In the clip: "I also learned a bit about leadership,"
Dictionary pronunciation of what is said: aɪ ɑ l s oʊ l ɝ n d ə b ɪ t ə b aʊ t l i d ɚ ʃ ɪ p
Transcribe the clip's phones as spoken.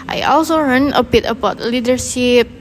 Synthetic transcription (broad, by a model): aɪ ɑ l s oʊ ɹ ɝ n ə b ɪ t ə b aʊ t l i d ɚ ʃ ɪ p